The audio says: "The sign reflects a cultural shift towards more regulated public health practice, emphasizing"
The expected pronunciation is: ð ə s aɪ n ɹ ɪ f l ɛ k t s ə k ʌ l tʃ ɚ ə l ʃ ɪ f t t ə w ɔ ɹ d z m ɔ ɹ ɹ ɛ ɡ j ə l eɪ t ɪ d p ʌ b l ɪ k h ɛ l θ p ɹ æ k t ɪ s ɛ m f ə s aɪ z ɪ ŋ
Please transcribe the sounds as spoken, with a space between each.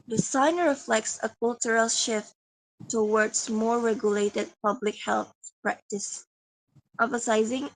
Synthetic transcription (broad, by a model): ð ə s aɪ n ɹ ɪ f l ɛ k t s ə k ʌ l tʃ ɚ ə l ʃ ɪ f t t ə w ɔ ɹ d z m ɔ ɹ ɹ ɛ ɡ j ə l eɪ t ɪ d p ʌ b l ɪ k h ɛ l θ p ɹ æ k t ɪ s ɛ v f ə s aɪ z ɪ ŋ